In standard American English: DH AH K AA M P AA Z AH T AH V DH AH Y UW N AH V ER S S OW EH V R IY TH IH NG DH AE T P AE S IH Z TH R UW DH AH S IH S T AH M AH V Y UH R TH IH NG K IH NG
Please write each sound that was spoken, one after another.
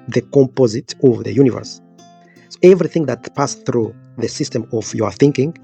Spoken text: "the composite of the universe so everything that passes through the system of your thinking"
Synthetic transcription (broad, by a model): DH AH K AA M P AA Z AH T AH V DH AH Y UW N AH V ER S S OW EH V R IY TH IH NG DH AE T P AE S TH R UW DH AH S IH S T AH M AH V Y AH R TH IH NG K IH NG